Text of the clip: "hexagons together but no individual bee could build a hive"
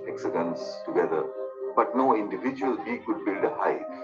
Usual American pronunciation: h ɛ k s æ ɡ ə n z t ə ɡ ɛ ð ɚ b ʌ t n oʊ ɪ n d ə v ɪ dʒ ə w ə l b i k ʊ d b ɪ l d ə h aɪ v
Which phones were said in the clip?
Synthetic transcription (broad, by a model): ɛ k s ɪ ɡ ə n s t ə ɡ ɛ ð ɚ b ʌ t n oʊ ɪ n d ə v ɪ dʒ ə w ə l b i k ʊ d b ɪ l d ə h aɪ